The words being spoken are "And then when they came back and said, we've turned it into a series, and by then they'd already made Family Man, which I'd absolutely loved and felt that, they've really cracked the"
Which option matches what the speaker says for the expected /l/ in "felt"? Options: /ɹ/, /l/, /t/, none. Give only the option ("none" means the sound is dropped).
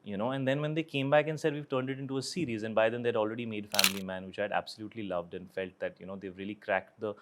/l/